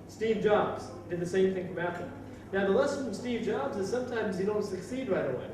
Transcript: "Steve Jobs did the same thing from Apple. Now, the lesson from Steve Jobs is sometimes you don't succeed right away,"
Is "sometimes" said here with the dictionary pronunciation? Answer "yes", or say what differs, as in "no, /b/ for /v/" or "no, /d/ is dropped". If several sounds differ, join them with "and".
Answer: yes